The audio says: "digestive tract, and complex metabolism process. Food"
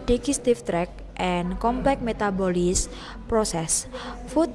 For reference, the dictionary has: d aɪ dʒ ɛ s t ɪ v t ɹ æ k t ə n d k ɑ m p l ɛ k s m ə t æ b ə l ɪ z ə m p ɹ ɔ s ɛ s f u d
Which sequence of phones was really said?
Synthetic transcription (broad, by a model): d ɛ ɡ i s t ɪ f t ɹ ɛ k t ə n k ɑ m p l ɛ k m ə t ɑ b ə l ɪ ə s p ɹ ɔ s ɛ s f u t